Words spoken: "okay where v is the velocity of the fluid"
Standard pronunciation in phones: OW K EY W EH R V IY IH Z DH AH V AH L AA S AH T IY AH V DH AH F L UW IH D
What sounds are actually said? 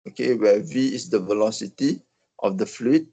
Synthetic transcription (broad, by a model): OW K EY W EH V IY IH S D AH V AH L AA S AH T IY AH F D AH F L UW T